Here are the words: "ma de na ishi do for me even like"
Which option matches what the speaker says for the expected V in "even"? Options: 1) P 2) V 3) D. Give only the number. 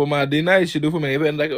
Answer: 1